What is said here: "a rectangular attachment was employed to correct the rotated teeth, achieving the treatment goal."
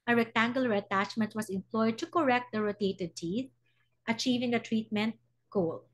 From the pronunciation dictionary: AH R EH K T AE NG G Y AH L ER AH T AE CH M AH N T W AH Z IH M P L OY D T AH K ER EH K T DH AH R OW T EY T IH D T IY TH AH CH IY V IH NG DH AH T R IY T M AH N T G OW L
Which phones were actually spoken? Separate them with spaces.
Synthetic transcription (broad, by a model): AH R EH K T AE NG G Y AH L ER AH T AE CH M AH N T W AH S IH M P L OY D T AH K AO EH K T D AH R OW T EY T IH D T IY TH AH CH IY V IH NG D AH T R IY T M AH N T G OW L